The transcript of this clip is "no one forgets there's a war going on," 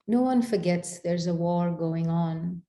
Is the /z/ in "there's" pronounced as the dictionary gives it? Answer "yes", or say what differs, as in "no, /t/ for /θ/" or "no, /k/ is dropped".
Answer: yes